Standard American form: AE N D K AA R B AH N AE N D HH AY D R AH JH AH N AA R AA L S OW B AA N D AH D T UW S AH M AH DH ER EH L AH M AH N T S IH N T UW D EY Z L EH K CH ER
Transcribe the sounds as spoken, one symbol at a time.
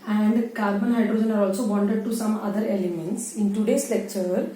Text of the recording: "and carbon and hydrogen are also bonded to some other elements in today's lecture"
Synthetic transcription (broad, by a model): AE N D K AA R B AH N N HH AY D R AH JH AH N AA R AA L S OW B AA N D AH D T UW S AH M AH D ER EH L AH M AH N T S IH N T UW D EY S L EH K CH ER